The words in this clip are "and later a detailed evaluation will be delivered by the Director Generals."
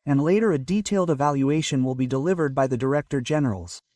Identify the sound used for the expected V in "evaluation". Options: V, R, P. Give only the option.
V